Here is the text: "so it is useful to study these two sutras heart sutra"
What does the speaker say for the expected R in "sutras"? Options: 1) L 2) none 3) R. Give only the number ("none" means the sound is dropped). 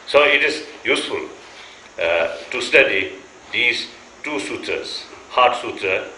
2